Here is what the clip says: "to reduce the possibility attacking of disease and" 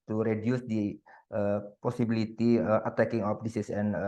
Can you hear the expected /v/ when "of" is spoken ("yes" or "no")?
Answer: no